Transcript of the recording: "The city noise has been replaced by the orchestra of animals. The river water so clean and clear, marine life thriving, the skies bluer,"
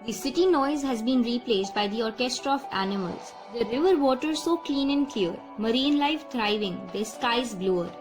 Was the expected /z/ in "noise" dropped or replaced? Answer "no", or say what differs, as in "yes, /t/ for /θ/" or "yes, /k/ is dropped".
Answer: no